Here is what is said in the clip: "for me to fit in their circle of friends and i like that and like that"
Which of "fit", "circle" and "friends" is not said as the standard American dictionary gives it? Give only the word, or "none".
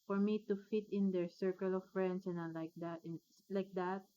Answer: friends